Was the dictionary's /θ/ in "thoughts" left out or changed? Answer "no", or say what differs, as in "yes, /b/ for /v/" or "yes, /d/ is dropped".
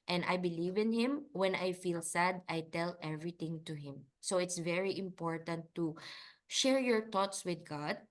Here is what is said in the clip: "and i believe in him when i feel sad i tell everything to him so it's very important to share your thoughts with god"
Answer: yes, /t/ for /θ/